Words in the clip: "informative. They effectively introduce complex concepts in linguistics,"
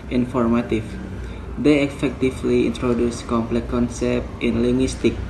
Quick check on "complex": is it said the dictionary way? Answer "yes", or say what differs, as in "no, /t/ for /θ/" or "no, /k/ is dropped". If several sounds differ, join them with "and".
no, /s/ is dropped